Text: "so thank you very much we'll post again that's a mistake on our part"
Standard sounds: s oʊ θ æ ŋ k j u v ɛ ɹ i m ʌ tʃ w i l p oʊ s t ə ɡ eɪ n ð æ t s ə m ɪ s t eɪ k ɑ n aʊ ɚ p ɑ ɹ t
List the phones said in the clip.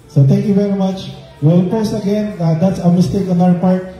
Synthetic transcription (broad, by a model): s oʊ t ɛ ŋ k j u v ɛ ɹ i m ʌ tʃ w i l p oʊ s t ə ɡ eɪ n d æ t s ə m ɪ s t eɪ k ɑ n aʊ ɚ p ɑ ɹ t